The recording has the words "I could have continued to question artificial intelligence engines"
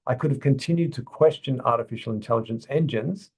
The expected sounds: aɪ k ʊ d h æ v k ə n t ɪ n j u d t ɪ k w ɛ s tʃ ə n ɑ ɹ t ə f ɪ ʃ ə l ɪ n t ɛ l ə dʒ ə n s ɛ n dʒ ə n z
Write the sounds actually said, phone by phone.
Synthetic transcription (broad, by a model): aɪ k ʊ d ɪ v k ə n t ɪ n j u d t ɪ k w ɛ s tʃ ə n ɑ ɹ t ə f ɪ ʃ l ɪ n t ɛ l ə dʒ ə n s ɛ n dʒ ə n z